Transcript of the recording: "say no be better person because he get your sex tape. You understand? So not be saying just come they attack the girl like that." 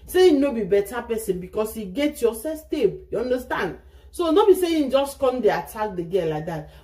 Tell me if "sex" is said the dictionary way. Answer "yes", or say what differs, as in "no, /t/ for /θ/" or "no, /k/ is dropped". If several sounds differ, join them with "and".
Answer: no, /k/ is dropped